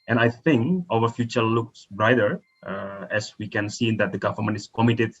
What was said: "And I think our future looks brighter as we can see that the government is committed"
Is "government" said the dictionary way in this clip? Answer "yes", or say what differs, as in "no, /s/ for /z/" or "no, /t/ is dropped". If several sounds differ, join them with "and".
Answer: no, /f/ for /v/